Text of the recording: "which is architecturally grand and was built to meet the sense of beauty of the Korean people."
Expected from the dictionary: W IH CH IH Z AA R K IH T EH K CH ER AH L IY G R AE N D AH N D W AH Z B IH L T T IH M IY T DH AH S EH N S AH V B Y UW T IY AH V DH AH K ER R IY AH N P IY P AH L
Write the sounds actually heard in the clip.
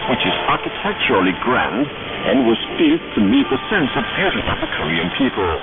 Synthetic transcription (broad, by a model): W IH CH IH Z AA R K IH T EH K CH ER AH L IY G R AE N D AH N W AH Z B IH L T T IH M IY T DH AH S EH N S AH V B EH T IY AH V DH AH K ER R IY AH N P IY P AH L